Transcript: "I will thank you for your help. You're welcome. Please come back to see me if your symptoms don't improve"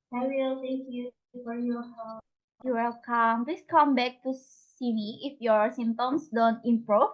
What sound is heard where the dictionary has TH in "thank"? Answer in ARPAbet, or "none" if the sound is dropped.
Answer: T